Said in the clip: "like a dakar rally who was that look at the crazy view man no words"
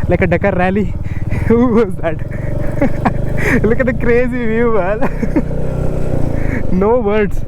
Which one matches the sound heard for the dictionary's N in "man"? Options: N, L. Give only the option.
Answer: L